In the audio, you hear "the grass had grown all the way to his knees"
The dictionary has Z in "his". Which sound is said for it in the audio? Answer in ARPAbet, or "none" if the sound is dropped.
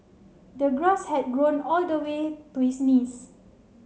S